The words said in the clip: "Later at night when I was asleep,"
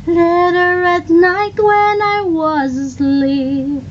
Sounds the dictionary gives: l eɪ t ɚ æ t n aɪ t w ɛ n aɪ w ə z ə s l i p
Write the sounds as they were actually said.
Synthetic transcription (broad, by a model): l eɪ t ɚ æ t n aɪ t w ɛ n aɪ w ə z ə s l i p